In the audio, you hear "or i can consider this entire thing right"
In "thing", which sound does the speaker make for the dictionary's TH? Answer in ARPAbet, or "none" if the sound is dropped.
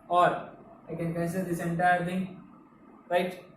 T